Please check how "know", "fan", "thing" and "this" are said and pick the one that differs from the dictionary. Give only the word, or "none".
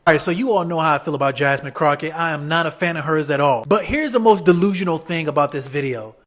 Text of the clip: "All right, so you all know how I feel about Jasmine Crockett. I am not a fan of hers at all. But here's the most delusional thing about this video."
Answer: none